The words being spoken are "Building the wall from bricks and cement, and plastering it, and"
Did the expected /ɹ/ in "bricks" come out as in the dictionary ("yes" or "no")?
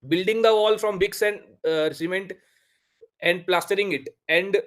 no